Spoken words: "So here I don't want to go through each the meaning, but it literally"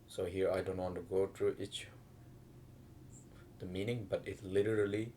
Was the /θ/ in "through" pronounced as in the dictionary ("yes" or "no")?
no